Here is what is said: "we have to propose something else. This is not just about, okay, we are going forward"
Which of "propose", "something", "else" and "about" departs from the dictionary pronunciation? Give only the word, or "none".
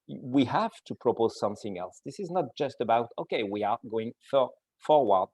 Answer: none